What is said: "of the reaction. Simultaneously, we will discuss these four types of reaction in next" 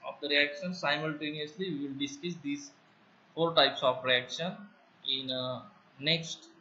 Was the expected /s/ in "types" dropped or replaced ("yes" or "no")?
no